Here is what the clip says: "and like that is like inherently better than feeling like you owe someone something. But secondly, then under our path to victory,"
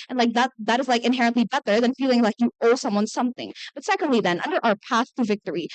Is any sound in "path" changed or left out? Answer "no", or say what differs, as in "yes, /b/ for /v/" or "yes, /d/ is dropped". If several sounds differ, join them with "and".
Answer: no